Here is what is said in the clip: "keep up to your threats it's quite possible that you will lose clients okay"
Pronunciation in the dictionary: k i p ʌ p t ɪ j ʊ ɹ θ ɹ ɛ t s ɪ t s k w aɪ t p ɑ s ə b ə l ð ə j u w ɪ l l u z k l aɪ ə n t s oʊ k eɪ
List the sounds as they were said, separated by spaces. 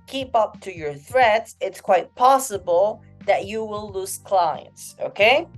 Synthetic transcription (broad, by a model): k i p ʌ p t ɪ j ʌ ɹ θ ɹ ɛ t s ɪ t s k w aɪ t p ɑ s ə b ə l ð ə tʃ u w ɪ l l u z k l aɪ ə n t s oʊ k eɪ